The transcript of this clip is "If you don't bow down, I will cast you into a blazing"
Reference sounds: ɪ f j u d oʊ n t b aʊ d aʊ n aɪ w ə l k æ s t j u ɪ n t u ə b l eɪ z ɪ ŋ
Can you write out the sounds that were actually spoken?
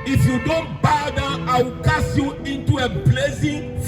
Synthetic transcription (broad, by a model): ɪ f j u d oʊ n t b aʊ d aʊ aɪ w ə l k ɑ s j u ɪ n t u ə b l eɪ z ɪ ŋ